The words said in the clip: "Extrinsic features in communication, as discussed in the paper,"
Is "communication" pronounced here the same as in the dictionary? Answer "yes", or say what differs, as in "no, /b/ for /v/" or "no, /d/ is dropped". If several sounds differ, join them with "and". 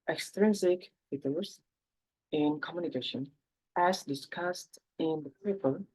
yes